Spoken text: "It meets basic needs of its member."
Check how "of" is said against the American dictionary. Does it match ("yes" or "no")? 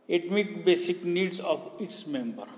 no